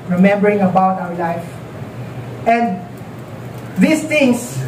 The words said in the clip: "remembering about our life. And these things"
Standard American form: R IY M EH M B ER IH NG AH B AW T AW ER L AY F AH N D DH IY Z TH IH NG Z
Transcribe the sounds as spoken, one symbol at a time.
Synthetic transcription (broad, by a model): R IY M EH M B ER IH NG AH B AW T AW ER L AY F AH N D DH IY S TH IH NG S